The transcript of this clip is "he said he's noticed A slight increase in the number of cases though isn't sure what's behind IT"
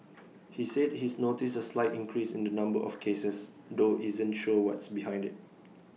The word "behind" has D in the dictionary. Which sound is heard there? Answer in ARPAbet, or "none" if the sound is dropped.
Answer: D